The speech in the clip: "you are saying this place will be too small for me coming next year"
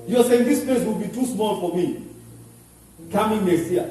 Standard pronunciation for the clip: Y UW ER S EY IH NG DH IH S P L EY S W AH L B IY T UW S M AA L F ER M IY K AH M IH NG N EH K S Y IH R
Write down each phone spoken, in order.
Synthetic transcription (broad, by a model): Y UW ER S EY IH NG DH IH S P L EY S W AH L B IY T UW S M AA L F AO M IY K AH M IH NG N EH S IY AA